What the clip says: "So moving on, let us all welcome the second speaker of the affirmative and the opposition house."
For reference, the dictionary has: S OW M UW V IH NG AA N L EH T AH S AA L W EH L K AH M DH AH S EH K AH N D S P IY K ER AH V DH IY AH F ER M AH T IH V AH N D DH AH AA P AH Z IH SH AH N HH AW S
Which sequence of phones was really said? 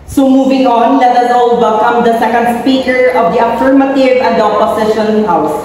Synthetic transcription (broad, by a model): S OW M UW V IH NG AA N L EH T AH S AA L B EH K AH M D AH S EH K AH N D S P IY K ER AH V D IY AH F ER M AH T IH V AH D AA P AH S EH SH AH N HH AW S